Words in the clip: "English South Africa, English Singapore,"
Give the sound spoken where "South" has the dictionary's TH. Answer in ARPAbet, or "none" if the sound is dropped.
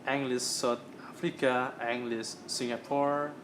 T